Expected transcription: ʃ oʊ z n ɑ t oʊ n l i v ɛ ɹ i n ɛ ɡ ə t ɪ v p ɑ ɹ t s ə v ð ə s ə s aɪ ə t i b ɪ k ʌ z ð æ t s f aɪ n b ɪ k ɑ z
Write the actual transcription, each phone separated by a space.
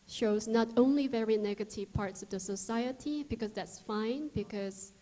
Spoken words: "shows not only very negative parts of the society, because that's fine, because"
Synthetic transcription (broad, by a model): ʃ oʊ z n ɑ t oʊ n l i v ɛ ɹ i n ɛ ɡ ə t ɪ v p ɑ ɹ t s ə v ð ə s ə s aɪ ə t i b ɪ k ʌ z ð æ t s f aɪ n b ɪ k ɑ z